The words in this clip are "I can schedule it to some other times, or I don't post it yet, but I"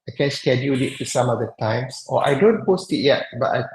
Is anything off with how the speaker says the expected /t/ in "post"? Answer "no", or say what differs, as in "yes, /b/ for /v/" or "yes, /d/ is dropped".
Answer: no